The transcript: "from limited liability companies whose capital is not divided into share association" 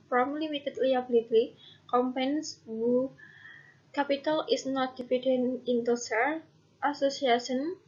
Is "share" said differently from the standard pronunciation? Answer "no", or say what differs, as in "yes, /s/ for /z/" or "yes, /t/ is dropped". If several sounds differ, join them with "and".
yes, /s/ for /ʃ/